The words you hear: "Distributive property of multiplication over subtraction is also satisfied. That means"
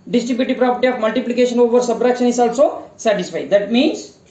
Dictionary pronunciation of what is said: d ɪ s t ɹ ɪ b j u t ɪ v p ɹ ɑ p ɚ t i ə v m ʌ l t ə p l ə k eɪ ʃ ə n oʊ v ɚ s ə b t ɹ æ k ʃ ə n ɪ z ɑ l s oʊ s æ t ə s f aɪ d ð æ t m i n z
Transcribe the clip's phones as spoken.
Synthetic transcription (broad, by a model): d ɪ s t ɹ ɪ b j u t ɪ p ɹ ɑ p ɚ t i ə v m ʌ l t ə p l ə k eɪ ʃ ə n oʊ v ɚ s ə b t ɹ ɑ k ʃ ə n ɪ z ɑ l s oʊ s æ t ə s f aɪ d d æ t m i n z